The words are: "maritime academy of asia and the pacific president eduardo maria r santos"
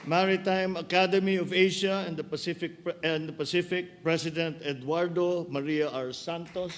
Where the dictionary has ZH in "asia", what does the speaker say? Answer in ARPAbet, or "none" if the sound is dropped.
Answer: SH